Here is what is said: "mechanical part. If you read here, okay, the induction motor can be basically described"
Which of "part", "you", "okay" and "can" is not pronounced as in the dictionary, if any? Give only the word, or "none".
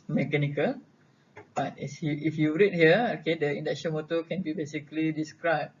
part